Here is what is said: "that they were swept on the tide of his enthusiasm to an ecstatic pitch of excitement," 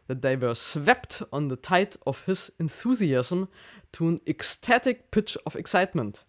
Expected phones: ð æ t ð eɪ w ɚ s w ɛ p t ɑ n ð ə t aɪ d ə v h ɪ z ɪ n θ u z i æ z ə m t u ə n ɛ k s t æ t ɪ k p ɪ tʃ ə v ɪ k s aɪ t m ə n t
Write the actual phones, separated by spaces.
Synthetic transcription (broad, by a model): ð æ t ð eɪ w ɚ s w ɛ p t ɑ n ð ə t aɪ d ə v h ɪ z ɪ n θ u z i æ z ə m t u ə n ɛ k s t æ t ɪ k p ɪ tʃ ə v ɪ k s aɪ t m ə n t